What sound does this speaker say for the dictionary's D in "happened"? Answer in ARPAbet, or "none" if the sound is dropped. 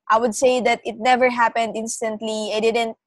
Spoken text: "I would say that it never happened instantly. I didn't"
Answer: D